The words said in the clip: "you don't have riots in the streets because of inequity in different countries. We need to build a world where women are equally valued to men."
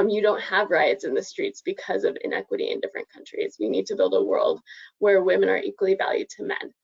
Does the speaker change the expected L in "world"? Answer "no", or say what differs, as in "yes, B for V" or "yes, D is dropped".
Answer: no